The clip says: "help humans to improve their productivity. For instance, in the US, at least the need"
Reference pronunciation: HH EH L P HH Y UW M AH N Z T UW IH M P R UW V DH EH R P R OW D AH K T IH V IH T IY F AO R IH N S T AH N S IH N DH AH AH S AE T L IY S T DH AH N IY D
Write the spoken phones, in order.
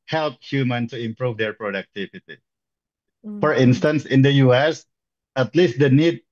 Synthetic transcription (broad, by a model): HH EH L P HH Y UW M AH N T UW IH M P R UW V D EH R P R OW D AH K T IH V IH T IY F AO R IH N S T AH N S IH N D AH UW S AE T L IY S T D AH N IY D